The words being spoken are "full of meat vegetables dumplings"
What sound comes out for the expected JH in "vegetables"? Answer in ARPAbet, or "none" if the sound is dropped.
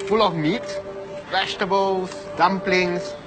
SH